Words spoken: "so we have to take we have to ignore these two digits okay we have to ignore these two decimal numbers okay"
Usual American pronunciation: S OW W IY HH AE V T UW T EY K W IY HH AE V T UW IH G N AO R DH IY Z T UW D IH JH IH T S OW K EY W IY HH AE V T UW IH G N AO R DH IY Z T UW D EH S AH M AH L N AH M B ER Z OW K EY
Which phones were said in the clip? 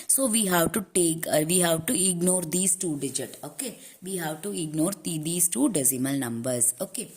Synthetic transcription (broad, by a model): S OW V IY HH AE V T UW T EY K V IY HH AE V T UW IH G N AO R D IY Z T UW D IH JH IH T OW K EY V IY HH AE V T UW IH G N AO R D IY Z T UW D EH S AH M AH L N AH M B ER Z OW K EY